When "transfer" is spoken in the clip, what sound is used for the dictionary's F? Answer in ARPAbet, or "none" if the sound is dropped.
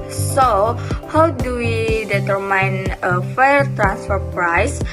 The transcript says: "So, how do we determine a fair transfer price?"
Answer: F